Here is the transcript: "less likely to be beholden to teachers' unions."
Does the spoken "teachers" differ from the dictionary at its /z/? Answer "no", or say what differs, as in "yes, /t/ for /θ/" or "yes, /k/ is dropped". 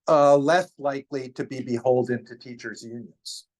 no